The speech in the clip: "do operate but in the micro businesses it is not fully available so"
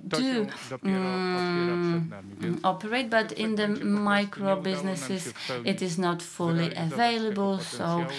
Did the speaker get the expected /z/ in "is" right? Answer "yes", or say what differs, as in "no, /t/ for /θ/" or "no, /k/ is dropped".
yes